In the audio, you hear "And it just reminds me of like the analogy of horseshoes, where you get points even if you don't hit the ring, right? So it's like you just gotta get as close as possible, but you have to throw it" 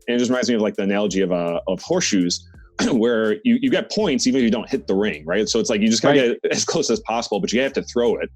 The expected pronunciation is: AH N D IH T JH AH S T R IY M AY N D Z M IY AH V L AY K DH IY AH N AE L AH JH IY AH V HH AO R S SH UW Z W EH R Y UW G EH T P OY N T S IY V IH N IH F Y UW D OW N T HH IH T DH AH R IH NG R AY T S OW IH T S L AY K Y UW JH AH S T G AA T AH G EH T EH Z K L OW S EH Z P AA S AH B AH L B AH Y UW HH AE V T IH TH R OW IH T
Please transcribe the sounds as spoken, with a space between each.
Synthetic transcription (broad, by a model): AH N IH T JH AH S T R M AY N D Z M IY AH V L AY K DH IY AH N AE L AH JH IY AH V HH AO R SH UW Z W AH R Y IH G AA T P OY N T S IY V IH N IH F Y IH D OW N T HH IH T DH AH R IH NG R AY T S OW IH T S L AY K Y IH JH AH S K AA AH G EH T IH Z K L OW S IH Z P AA S AH B L B AH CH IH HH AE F T IH TH R OW IH T